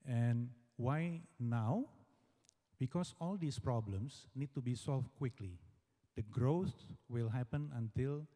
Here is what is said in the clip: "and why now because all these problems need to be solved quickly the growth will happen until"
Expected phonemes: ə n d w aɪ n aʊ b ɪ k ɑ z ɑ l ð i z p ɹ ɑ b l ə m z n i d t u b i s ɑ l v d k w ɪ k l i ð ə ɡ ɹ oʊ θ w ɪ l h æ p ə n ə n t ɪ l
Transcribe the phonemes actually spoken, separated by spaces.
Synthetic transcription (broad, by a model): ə n w aɪ n aʊ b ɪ k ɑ s ɑ l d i s p ɹ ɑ b l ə m s n i d t u b i s ɑ l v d k w ɪ k l i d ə ɡ ɹ oʊ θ w ɪ l h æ p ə n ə n t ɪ l